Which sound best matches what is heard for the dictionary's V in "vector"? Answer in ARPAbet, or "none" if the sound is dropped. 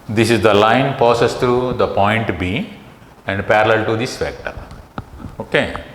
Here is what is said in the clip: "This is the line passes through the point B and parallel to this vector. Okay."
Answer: F